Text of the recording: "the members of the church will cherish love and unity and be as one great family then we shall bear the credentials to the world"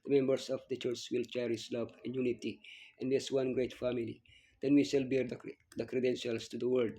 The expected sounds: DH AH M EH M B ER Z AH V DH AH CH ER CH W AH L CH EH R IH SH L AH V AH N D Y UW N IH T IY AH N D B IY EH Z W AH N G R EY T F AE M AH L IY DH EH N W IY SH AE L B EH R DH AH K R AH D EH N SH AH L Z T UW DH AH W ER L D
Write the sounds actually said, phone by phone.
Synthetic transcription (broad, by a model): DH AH M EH M B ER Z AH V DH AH CH ER CH W AH L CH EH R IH S L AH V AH N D Y UW N IH T IY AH N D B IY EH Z W AH N G R EY T F AE M AH L IY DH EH N W IY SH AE L B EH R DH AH K R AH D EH N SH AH L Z T UW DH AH W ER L D